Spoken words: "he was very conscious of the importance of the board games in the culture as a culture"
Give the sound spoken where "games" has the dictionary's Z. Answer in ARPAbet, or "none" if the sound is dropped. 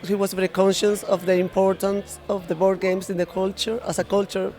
S